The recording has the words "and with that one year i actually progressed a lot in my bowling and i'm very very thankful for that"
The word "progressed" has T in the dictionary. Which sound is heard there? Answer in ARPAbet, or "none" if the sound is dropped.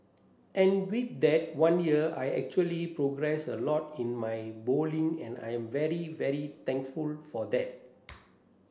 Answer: none